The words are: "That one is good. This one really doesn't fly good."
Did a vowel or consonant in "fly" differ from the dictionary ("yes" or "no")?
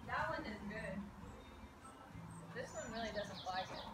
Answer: yes